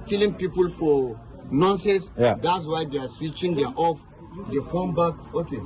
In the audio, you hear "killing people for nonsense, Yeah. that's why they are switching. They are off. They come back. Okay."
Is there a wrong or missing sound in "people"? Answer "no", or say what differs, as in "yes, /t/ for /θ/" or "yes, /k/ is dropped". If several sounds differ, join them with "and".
no